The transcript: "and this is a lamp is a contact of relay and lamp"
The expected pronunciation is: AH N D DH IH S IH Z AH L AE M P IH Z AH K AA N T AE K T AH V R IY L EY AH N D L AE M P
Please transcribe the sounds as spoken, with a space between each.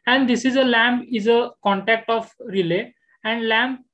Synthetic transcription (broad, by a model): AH N D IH S IH Z AH L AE M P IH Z AH K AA N T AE K T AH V R IY L EY AH N D L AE M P